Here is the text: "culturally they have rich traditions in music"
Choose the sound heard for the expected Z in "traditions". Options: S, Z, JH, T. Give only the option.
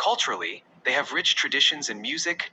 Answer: Z